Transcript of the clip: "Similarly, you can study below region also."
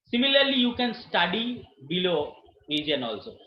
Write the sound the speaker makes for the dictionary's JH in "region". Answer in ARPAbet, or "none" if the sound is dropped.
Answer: none